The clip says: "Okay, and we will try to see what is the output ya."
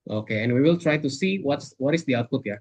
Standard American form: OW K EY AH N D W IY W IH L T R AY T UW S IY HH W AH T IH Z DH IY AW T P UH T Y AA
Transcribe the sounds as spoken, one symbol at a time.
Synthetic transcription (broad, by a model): OW K EY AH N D W IY W IH L T R AY T UW S IY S W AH T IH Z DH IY AW T P UH T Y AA